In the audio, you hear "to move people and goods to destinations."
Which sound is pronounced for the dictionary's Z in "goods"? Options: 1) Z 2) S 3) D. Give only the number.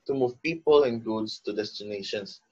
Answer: 2